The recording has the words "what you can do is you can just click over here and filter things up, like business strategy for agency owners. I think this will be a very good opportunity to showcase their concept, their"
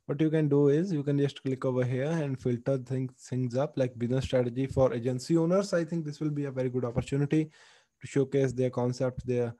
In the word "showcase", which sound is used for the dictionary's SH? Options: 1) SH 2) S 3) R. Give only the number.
1